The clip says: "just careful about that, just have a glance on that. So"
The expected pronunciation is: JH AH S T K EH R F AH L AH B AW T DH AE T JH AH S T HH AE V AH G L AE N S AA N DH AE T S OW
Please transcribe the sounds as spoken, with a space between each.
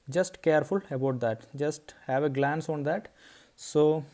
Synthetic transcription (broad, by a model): JH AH S T K EH R F AH L AH B AW T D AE T JH AH S T HH AE V AH G L AE N S AA N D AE T S OW